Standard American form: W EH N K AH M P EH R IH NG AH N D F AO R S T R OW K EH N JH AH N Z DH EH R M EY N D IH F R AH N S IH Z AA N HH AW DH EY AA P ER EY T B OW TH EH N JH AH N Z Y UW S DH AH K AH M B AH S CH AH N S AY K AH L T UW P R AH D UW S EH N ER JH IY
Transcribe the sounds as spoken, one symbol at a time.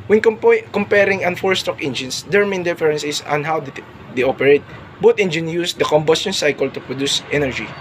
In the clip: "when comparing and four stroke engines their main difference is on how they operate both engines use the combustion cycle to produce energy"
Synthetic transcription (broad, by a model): W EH N K AH M P EH R IH NG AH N F AO R S T OW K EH N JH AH N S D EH R M EY N D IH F R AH N S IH S AA N HH AW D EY AA P ER EY T B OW T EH N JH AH N Y UW S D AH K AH M B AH S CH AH N S AY K AH L T UW P R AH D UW S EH N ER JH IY